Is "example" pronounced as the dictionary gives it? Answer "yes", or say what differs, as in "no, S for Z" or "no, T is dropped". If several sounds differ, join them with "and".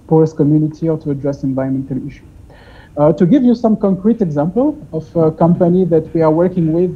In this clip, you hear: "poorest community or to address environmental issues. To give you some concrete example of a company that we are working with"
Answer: yes